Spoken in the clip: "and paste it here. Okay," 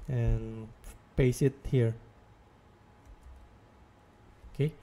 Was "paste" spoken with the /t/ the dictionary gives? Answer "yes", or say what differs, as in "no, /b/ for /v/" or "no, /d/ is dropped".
no, /t/ is dropped